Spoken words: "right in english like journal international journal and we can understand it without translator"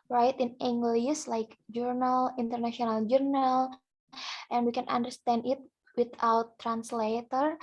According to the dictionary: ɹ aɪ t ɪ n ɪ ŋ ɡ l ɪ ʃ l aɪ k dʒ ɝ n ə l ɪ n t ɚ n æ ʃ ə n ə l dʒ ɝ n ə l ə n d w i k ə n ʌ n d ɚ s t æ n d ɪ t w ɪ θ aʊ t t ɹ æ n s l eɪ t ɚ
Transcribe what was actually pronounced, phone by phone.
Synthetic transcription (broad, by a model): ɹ aɪ t ɪ n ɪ ŋ ɡ l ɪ s l aɪ k dʒ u n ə l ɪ n t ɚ n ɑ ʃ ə n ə l dʒ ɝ n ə l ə n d w i k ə n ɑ n d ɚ s t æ n d ɪ t w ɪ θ aʊ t t ɹ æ n s l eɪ t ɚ